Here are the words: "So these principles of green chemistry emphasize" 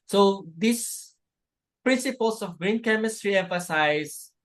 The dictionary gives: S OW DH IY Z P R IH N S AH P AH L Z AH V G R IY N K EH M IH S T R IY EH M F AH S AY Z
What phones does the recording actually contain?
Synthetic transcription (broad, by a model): S OW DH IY S P R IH N S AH P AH L S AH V G R IY N K EH M IH S T R IY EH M F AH S AY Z